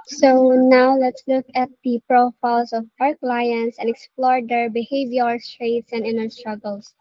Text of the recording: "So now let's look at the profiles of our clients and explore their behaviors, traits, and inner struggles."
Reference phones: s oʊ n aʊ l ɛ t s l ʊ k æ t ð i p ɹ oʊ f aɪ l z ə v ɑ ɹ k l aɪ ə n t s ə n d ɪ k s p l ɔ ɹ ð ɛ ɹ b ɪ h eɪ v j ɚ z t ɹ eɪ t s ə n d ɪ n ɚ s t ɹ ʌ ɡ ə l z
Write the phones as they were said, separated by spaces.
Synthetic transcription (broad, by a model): s oʊ n aʊ l ɛ t s l ʊ k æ t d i p ɹ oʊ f aɪ l s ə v ɑ ɹ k l aɪ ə n s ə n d ɪ k s p l ɔ ɹ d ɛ ɹ b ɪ h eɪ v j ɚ s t ɹ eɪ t s ə n d ɪ n ɚ s t ɹ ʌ ɡ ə l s